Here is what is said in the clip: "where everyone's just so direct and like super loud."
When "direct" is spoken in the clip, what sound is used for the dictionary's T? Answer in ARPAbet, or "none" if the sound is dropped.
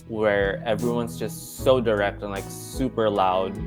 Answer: T